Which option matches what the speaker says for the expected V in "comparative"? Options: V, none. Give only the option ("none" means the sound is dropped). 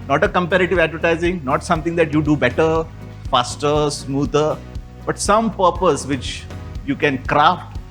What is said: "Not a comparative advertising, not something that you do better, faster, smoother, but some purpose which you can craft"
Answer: V